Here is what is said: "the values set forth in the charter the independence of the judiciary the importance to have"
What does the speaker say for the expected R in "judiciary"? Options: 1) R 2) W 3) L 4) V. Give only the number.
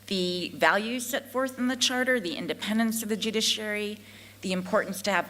1